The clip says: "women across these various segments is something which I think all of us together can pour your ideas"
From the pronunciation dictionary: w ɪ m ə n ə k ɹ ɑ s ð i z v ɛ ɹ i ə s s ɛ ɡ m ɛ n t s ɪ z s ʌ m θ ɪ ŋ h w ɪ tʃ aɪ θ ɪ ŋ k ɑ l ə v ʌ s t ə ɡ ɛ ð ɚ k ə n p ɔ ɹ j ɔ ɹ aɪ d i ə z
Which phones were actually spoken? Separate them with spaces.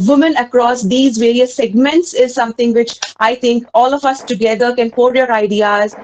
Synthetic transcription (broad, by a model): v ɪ m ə n ə k ɹ ɑ s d i z v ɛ ɹ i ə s s ɛ ɡ m ɛ n t s ɪ z s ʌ m t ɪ ŋ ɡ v ɪ tʃ aɪ t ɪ ŋ k ɑ l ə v ʌ s t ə ɡ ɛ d ɚ k ə n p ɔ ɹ j ɔ ɹ aɪ d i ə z